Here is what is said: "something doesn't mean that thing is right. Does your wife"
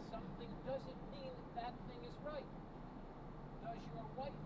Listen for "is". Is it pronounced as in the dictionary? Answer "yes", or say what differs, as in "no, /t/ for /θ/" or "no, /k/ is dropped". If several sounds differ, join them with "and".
yes